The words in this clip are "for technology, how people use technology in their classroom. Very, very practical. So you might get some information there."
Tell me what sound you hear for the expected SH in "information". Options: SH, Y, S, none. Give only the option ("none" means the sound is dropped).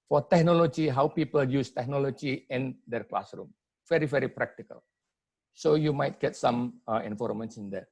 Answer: S